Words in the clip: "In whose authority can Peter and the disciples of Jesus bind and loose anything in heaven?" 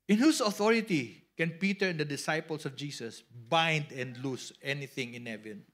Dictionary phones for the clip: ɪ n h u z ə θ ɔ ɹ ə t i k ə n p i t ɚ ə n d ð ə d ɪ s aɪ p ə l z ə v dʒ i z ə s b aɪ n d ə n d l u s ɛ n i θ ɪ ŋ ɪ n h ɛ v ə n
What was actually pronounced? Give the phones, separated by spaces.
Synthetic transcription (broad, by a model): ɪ n h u s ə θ ɔ ɹ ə t i k ə n p i t ɚ ə n d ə d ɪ s aɪ p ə l s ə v dʒ i s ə s b aɪ n d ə n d l u s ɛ n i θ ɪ ŋ ɪ n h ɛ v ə n